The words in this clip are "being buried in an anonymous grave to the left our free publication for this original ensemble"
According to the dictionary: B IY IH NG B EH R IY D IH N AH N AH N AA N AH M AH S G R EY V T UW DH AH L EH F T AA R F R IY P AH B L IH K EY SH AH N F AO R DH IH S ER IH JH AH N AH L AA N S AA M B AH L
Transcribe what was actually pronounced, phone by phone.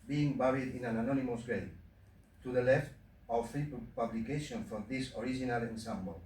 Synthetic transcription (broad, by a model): B IY NG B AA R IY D IH N AH N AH N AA N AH M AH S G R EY T UW DH AH L EH F T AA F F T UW P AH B L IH K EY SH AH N F AO R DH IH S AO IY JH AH N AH L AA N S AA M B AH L